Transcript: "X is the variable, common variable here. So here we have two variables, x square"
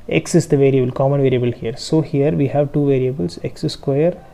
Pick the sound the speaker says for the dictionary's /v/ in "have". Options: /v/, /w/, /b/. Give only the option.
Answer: /v/